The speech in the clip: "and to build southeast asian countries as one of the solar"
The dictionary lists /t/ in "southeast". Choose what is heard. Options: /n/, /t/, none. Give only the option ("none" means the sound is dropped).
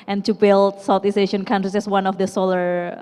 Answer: none